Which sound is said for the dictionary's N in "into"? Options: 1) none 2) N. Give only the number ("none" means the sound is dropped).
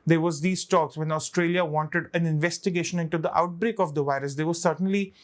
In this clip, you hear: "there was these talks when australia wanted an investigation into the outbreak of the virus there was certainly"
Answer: 2